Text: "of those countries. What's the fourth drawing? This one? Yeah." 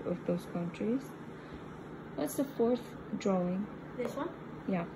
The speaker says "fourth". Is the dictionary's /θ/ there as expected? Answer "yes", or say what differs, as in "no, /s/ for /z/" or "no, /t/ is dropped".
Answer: yes